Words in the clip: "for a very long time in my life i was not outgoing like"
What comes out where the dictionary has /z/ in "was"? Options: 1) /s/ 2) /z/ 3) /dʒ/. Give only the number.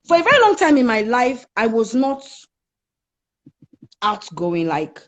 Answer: 2